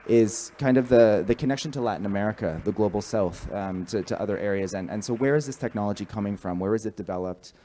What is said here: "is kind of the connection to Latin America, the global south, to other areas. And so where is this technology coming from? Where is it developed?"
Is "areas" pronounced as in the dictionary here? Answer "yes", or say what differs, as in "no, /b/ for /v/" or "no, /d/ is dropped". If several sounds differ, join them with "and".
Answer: yes